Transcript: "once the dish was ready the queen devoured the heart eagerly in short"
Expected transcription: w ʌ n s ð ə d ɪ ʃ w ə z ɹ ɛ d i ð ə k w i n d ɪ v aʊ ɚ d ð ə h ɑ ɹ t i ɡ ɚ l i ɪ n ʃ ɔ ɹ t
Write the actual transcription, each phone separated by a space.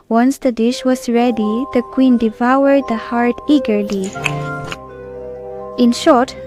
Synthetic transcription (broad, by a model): w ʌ n s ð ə d ɪ ʃ w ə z ɹ ɛ d i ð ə k w i n d ɪ v aʊ ɚ d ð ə h ɑ ɹ t i ɡ ɚ l i ɪ n ʃ ɔ ɹ t